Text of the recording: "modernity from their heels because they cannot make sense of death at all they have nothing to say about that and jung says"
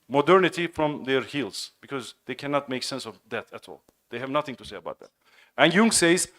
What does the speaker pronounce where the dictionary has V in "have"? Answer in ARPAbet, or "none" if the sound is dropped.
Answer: V